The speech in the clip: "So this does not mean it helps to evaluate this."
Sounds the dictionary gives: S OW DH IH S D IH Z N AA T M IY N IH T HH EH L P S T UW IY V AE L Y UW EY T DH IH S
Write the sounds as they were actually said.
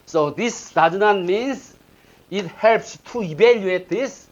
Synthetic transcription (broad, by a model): S OW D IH S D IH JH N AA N M IY N IH T HH EH L P S T UW IY B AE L Y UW EY T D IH S